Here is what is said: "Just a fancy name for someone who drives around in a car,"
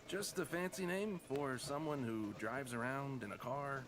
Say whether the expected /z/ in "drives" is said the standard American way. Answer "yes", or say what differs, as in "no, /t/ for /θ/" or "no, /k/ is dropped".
yes